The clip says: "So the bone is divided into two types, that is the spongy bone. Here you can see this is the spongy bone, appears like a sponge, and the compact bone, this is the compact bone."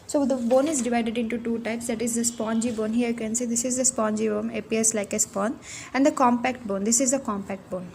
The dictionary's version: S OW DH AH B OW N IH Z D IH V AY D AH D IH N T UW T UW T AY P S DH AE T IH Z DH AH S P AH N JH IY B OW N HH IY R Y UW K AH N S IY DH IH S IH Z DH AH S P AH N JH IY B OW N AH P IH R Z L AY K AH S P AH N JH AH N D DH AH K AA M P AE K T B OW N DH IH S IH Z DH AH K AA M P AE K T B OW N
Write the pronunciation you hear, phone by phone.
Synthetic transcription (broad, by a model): S OW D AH B OW N IH Z D IH V AY D AH D IH N T UW T UW T AY P S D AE T IH Z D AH S P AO N JH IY B OW N HH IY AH Y UW K AH N S IY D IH S IH Z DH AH S P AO N JH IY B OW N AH P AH R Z L AY K AH S P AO N AH N D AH K AA M P AE K T B OW N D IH S IH Z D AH K AA M P AE K T B OW N